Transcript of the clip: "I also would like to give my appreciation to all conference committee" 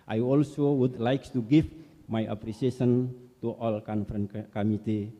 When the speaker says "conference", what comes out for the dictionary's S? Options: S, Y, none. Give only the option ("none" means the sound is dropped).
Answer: none